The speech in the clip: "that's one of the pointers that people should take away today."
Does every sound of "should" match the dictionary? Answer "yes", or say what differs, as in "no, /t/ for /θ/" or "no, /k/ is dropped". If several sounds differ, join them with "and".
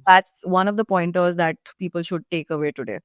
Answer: yes